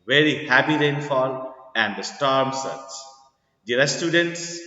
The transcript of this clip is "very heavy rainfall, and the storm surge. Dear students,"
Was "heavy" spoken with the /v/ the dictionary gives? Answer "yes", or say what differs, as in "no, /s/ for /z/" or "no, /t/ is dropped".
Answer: no, /p/ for /v/